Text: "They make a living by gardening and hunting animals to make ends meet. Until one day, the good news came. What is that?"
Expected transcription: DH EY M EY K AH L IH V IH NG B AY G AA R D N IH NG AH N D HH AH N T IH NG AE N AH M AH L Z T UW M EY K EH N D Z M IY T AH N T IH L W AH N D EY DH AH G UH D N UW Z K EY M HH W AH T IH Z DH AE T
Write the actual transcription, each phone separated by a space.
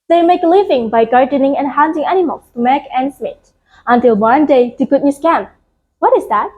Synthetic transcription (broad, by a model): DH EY M EY K L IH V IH NG B AY G AA R D N IH NG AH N HH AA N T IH NG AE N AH M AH L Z T UW M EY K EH N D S M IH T AH N T IH L W AH N D EY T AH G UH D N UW S K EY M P W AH T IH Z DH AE T